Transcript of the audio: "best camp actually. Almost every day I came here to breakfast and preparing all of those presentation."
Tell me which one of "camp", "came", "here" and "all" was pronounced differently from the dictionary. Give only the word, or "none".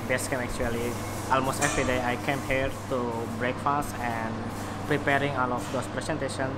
camp